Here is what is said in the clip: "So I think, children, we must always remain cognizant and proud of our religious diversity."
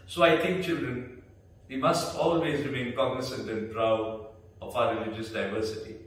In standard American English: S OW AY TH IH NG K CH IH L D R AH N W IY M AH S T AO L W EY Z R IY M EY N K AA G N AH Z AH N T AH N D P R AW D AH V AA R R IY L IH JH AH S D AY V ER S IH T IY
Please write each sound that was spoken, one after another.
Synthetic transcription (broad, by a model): S OW AY T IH NG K CH IH L D R AH N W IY M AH S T AO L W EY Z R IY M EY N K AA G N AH S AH N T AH N P R AW D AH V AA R R IY L IH JH AH S D AY V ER S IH T IY